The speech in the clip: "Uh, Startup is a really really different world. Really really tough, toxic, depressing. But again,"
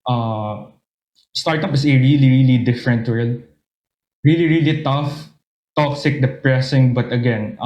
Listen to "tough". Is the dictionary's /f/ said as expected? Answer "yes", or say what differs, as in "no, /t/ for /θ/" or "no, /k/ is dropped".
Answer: yes